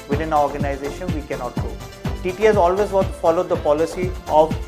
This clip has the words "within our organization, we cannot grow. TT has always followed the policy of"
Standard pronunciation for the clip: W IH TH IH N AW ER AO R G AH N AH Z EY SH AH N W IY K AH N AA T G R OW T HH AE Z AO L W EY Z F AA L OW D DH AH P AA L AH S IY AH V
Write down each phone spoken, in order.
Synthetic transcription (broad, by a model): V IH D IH N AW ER AO R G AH N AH Z EY SH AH N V IY K AH N AA T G OW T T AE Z AO L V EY Z F AA L OW D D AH P AA L AH S IY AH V